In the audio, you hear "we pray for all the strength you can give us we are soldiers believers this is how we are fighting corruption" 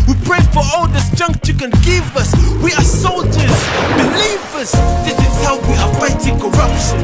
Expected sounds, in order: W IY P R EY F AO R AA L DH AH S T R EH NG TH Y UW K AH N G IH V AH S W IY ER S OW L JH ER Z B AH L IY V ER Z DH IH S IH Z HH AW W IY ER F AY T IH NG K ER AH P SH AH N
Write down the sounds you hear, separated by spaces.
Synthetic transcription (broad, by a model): W IY P R EY F AO R AA L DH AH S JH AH NG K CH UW K AH N G IH V AH S W IY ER S OW L JH ER Z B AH L IY V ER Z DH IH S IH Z HH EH W IY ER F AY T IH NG K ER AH P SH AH N